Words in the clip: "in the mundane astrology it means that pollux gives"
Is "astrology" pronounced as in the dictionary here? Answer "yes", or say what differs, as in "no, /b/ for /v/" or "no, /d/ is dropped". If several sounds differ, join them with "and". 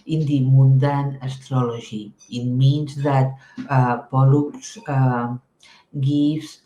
no, /ʒ/ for /dʒ/